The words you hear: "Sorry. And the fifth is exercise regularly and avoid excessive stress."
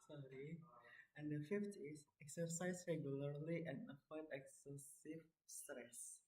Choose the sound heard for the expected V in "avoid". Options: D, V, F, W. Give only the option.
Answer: F